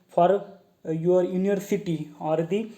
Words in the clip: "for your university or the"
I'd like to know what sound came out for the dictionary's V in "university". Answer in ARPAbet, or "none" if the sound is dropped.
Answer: none